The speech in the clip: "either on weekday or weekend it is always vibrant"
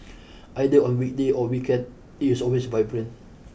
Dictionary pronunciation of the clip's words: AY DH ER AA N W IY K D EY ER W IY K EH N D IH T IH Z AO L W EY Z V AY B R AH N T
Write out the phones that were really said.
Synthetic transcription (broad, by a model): AY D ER AA N W IY K D EY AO W IY K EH N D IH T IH S AO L W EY S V AY B R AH N